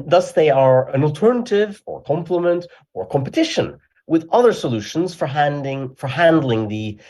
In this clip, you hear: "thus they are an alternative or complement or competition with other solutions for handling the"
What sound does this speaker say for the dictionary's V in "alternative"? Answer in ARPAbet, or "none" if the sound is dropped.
V